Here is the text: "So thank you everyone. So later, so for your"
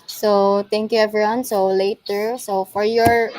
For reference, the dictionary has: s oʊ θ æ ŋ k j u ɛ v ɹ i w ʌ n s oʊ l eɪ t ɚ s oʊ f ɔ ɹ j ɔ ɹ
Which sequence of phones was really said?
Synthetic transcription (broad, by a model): s oʊ t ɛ ŋ k j u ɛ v ɹ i w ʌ n s oʊ l eɪ t ɚ s oʊ f ɔ ɹ j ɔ ɹ